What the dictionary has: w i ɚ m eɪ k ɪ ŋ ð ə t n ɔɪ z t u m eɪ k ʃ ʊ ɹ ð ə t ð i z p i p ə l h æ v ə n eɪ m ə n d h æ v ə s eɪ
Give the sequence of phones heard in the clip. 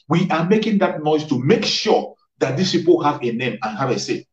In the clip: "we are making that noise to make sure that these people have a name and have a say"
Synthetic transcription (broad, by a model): w i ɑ m eɪ k ɪ ŋ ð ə t n ɔɪ s t u m eɪ k ʃ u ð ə t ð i s p i p ə l h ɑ v ə n eɪ m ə n h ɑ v ə s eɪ